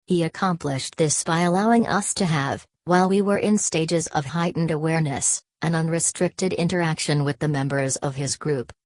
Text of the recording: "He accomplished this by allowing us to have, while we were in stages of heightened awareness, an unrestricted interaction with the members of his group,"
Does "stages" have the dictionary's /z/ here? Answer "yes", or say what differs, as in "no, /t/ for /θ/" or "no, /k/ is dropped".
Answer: yes